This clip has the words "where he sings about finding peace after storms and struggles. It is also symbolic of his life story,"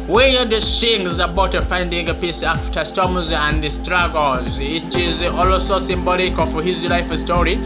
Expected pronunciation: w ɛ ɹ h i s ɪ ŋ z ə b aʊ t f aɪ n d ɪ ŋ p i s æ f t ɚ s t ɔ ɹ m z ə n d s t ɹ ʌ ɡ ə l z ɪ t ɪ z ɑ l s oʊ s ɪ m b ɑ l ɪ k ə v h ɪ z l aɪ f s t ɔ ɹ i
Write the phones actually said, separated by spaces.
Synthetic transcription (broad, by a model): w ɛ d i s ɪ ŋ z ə b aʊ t f aɪ n d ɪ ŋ p i s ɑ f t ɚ s t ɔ m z ə n d s t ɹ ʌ ɡ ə l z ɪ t ɪ z ɑ l s oʊ s ɪ m b ɑ l ɪ k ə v h ɪ z l aɪ f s t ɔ ɹ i